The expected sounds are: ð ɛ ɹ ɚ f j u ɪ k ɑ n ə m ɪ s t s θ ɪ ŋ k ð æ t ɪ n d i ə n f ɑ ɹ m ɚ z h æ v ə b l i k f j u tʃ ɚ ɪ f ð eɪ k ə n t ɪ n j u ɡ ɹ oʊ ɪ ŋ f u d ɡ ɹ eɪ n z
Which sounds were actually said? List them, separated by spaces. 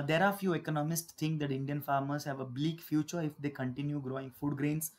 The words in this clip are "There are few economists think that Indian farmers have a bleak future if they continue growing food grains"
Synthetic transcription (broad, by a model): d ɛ ɹ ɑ f j u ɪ k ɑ n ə m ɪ s t s t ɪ ŋ k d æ t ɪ n d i ə n f ɑ ɹ m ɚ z h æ v ə b l i k f j u tʃ ɚ ɪ f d eɪ k ə n t ɪ n j u ɡ ɹ oʊ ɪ ŋ f u d ɡ ɹ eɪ n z